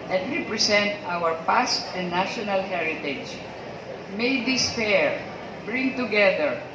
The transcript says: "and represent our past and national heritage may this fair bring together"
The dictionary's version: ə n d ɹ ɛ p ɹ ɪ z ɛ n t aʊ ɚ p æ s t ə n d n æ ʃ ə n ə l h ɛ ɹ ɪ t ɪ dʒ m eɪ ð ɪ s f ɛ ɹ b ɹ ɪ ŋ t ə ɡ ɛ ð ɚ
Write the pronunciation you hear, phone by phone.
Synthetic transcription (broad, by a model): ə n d ɹ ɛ p ɹ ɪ s ɛ n t aʊ ɚ p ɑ s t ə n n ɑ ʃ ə n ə l h ɛ ɹ ɪ t ɪ dʒ m eɪ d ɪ s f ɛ ɹ b ɹ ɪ ŋ t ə ɡ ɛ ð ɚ